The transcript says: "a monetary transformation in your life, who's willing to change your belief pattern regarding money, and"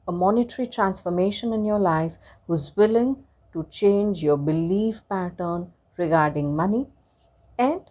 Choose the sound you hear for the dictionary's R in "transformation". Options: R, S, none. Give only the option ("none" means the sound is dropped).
R